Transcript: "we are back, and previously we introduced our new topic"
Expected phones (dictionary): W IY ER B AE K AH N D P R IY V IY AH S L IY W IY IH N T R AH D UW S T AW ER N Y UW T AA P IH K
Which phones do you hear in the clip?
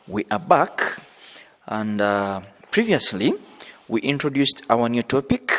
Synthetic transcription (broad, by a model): W IY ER B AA K AH N D P R IY V IY AH S L IY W IY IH N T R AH D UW S T AW ER N Y UW T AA P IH K